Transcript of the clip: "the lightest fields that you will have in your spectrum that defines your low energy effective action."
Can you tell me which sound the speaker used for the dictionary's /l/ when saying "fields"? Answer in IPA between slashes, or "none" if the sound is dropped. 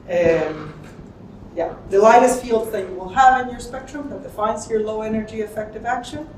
/l/